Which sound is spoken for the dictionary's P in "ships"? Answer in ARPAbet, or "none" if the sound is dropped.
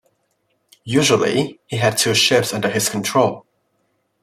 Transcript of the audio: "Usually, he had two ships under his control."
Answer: P